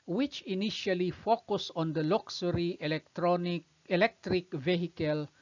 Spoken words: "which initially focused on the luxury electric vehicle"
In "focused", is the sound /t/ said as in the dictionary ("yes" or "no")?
no